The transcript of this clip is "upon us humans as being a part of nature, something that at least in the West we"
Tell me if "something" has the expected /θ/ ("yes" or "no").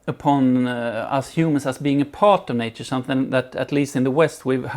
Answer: yes